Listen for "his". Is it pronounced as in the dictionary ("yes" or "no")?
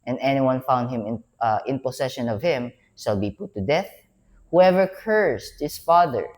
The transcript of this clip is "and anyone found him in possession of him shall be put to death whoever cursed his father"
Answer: no